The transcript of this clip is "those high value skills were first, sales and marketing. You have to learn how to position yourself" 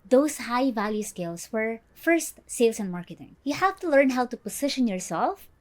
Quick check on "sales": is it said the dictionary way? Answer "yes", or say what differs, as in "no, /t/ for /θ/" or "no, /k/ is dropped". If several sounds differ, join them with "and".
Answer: no, /s/ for /z/